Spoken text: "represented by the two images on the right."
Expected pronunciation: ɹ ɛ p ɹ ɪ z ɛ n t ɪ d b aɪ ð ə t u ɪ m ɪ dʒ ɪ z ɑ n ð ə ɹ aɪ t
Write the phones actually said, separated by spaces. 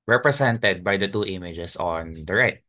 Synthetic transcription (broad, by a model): ɹ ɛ p ɹ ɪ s ɛ n t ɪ d b aɪ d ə t u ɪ m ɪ dʒ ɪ s ɑ n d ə ɹ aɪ t